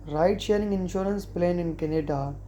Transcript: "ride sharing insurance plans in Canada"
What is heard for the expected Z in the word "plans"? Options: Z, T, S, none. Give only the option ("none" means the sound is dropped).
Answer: none